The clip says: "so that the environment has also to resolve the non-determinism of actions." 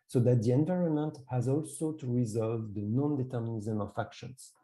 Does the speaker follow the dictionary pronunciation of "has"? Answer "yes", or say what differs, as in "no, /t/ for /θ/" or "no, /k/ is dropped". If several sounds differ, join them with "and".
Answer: yes